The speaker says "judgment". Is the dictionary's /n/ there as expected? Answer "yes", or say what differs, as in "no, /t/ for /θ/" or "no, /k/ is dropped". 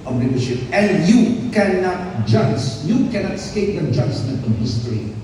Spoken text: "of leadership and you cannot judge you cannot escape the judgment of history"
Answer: no, /n/ is dropped